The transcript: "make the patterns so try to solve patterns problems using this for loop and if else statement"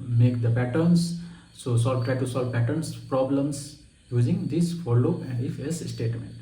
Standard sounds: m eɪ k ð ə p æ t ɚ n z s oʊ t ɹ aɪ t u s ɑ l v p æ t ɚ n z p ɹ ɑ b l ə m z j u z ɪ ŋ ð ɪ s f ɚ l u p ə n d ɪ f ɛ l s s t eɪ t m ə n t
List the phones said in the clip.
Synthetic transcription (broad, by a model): m eɪ k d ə p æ t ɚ n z s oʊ t ɹ aɪ t u s ɑ l v p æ t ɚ n s p ɹ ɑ b l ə m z j u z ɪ ŋ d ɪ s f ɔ l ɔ ə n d ɪ f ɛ s s t eɪ t m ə n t